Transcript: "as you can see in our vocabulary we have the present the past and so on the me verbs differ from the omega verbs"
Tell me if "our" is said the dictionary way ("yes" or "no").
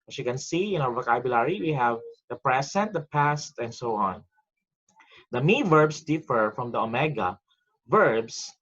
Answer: no